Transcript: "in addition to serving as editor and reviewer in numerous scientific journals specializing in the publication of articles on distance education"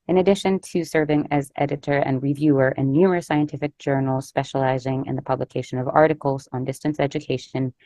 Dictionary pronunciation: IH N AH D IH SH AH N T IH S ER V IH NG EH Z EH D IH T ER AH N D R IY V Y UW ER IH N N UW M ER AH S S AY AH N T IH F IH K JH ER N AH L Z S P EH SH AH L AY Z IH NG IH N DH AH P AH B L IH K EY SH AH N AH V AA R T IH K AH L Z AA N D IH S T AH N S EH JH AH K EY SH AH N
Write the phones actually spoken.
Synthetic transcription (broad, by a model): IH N AH D IH SH AH N T IH S ER V IH NG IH Z EH D IH T ER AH N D R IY V Y UW ER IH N N UW M ER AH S S AY AH N T IH F IH K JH ER N L S P EH SH AH L AY Z IH NG IH N DH AH P AH B L IH K EY SH AH N AH V AA R T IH K L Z N D IH S T AH N S EH JH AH K EY SH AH N